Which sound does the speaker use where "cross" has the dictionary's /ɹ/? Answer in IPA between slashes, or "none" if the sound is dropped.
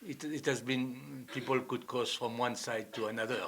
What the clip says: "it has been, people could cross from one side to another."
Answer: none